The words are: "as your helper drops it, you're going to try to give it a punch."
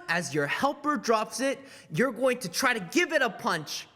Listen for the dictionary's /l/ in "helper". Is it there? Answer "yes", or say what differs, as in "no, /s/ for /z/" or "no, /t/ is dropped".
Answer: yes